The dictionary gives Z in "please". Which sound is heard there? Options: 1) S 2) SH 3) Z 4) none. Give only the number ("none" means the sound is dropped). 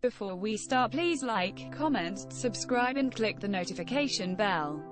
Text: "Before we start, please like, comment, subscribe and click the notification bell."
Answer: 3